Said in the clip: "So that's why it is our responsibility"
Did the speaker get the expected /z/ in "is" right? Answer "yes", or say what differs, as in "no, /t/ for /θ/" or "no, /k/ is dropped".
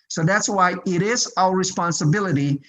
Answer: yes